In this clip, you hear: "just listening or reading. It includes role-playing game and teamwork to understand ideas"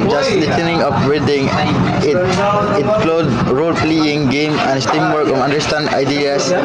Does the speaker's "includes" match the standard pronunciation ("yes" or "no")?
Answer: no